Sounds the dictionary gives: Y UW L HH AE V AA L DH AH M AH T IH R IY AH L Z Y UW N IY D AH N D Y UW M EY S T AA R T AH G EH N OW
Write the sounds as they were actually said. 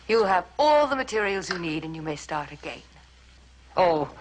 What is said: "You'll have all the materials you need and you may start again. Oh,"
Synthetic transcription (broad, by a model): Y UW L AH V AA L DH AH M AH T IH R IY AH L Z Y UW N IY D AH N Y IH M EY S T AA R T AH G EH N OW